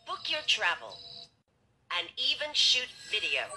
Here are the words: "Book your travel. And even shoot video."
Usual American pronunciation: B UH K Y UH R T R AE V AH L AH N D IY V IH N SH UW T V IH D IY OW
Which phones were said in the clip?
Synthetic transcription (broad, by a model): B UH K Y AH R T R AE V AH L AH N IY V IH N SH UW T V IH D IY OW